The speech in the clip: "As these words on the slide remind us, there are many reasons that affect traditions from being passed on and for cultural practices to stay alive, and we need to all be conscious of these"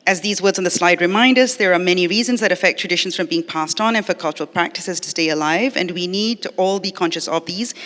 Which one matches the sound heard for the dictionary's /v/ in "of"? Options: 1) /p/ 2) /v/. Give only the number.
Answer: 2